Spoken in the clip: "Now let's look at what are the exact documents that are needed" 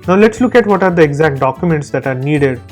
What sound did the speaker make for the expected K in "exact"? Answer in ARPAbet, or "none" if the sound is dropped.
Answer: K